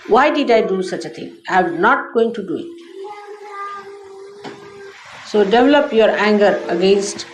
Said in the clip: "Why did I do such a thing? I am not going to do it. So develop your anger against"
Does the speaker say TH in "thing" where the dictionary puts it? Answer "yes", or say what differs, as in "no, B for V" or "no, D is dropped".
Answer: no, T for TH